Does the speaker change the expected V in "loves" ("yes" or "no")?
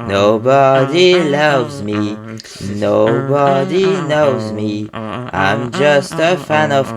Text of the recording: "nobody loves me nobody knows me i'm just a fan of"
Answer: no